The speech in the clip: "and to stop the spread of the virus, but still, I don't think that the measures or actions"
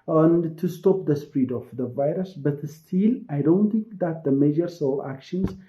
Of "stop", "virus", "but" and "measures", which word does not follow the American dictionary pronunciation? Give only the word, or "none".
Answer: measures